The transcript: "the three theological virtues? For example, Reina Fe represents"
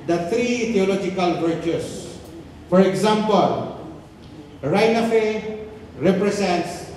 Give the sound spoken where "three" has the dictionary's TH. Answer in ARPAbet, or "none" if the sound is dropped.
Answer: T